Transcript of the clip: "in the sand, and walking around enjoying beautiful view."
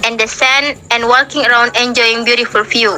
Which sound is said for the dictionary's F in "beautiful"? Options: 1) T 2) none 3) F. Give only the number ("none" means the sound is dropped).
3